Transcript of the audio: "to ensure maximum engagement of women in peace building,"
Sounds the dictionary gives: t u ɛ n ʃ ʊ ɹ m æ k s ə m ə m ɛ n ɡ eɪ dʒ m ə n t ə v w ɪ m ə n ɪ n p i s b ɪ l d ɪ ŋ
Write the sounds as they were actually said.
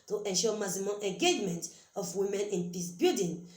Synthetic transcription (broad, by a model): t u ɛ n ʃ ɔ m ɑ s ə m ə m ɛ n ɡ eɪ dʒ m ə n t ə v w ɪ m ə n ɪ n p i s b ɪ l d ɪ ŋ